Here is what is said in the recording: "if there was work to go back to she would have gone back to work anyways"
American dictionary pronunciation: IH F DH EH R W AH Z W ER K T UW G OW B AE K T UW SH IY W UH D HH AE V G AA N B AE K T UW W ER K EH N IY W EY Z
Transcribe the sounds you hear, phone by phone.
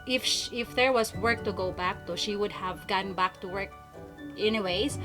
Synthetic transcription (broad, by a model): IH F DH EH R W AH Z W ER K T UW G OW B AE K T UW SH IY W UH D HH AE V G AA N B AE K T UW W ER K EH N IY W EY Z